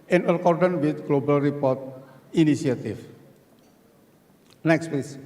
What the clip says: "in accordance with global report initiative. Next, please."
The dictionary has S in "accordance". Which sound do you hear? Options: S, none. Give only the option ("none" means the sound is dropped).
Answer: none